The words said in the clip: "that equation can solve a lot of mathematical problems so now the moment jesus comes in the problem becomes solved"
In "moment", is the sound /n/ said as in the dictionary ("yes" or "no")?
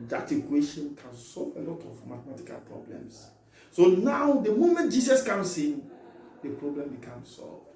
yes